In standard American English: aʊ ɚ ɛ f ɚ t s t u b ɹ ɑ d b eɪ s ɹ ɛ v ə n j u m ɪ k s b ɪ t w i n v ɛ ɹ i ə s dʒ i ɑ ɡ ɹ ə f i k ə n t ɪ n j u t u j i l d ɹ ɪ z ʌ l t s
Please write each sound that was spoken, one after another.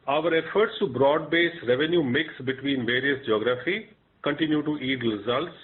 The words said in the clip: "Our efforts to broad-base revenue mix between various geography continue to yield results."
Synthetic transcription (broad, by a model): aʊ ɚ ɛ f ɚ t s t u b ɹ ɑ d b eɪ s ɹ ɛ v ə n j u m ɪ k s b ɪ t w i n v ɛ ɹ i ə s dʒ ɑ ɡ ɹ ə f i k ə n t ɪ n j u t u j i d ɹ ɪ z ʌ l t s